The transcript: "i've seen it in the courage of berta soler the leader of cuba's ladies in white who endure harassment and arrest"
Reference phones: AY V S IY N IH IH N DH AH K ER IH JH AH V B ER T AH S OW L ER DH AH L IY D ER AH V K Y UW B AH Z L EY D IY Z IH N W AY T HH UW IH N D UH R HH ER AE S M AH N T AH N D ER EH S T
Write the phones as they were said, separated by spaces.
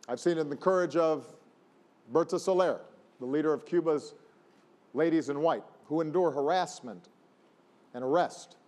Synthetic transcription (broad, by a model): AY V S IY N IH IH N DH AH K ER IH JH AH V B ER T AH S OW L ER DH AH L IY D ER AH V K Y UW B AH Z L EY D IY Z IH N W AY T HH UW IH N D UH R HH ER AE S M AH N T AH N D ER EH S T